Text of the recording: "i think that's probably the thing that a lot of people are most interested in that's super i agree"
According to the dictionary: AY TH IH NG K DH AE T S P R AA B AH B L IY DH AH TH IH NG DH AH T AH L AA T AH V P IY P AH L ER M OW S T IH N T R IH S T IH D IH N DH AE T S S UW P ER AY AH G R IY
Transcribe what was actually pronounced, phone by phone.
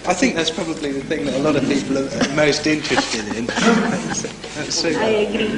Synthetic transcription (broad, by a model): AY TH IH NG K DH AE T S P R AA B AH B L IY DH AH TH IH NG DH AH T AH L AA T AH V P IY P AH L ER M OW S T IH N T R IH S T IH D IH N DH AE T S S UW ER AY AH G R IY